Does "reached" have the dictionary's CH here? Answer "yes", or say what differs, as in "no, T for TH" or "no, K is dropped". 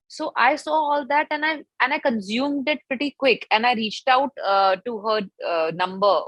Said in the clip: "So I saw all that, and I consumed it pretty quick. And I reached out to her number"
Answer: yes